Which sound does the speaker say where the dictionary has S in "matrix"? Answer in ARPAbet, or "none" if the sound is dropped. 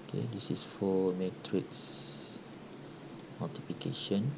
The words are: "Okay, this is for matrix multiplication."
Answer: S